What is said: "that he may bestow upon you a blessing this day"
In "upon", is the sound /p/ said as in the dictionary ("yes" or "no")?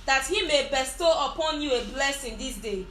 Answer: yes